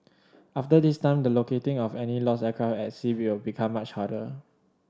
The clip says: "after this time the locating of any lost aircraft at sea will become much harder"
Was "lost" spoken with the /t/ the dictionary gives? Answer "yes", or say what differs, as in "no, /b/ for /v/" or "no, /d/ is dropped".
no, /t/ is dropped